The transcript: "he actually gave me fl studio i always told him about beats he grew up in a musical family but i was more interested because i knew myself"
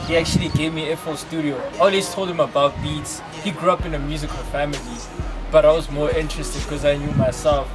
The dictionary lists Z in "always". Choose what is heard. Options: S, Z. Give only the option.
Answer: S